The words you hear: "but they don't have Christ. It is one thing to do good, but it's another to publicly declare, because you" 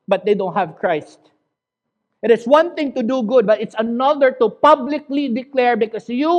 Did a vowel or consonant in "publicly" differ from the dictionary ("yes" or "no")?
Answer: no